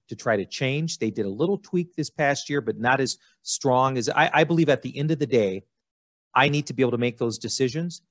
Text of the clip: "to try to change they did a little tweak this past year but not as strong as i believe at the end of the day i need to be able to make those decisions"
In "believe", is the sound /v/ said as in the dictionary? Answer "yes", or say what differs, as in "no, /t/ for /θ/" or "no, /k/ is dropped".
yes